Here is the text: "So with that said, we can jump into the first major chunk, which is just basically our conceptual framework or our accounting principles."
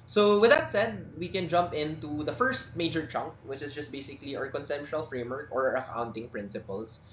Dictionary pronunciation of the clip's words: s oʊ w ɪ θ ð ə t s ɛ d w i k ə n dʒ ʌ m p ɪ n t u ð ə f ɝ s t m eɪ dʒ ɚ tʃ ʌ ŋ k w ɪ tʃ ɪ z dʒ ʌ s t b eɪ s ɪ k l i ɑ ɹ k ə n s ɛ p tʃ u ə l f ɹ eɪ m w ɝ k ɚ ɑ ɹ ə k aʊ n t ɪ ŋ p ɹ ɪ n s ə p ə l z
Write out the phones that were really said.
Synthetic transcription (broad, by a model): s oʊ w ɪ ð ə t s ɛ d w i k ə n dʒ ʌ m p ɪ n t u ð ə f ɝ s t m eɪ dʒ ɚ tʃ ʌ ŋ k w ɪ tʃ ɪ s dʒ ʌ s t b eɪ s ɪ k l i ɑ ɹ k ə n s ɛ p ʃ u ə l f ɹ eɪ m w ɝ k ɑ ɹ ə k aʊ n t ɪ ŋ p ɹ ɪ n s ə p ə l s